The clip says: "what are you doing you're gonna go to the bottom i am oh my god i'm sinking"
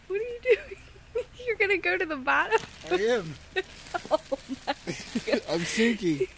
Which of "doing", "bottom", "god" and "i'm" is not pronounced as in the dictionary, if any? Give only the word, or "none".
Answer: god